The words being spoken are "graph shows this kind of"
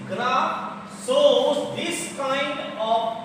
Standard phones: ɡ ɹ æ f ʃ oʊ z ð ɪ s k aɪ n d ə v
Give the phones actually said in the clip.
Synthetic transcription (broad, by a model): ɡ ɹ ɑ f s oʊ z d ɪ s k aɪ n d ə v